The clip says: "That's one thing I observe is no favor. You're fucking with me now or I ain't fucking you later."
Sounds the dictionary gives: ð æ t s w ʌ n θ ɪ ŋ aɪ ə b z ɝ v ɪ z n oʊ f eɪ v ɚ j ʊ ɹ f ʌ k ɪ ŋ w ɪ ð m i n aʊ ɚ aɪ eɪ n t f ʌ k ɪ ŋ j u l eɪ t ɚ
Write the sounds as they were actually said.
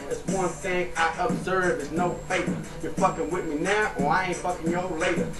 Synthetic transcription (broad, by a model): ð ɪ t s w ʌ n θ ɪ ŋ aɪ ə b z ɝ v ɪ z n oʊ f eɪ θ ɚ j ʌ ɹ f ʌ k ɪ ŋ w ɪ ð m i n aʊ ɚ aɪ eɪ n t f ʌ k ɪ ŋ j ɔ l eɪ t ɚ